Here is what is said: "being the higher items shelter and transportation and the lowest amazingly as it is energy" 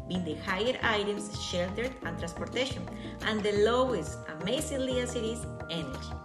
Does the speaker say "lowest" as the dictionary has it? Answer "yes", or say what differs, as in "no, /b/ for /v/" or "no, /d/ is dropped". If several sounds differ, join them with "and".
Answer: yes